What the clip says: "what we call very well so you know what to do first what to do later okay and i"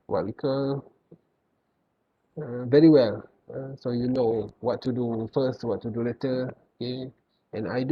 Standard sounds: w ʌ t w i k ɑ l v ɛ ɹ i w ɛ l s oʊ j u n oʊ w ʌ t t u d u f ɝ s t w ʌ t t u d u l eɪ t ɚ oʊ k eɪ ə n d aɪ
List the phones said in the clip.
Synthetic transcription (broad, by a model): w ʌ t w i k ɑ v ɛ ɹ i w ɛ l s oʊ j u n oʊ w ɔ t t u d u f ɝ s t w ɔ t t u d u l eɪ t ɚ oʊ k eɪ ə n aɪ